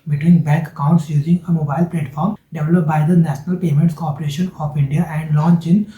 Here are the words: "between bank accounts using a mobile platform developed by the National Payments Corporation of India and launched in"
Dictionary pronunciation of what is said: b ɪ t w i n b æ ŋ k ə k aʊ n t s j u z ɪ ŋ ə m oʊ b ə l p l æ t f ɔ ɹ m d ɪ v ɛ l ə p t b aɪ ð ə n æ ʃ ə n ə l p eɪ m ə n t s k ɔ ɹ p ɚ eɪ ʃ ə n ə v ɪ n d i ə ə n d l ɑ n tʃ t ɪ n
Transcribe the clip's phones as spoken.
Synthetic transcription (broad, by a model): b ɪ t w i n b æ ŋ k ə k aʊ n t s j u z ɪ ŋ ə m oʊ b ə l p l æ t f ɔ ɹ m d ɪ v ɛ l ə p b aɪ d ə n æ ʃ ə n ə l p eɪ m ə n t s k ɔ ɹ p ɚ eɪ ʃ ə n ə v ɪ n d i ə ə n d l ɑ n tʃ ɪ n